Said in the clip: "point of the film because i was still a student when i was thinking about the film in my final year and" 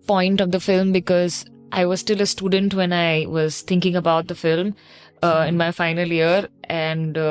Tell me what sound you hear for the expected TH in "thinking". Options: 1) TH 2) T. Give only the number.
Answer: 2